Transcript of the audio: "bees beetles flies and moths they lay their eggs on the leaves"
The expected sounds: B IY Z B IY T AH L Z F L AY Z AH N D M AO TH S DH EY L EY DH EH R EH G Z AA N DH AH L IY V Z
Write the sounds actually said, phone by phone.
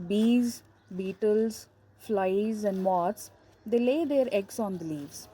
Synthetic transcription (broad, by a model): B IY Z B IY T AH L Z F L AY Z AH N D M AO T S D EY L EY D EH R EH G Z AA N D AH L IY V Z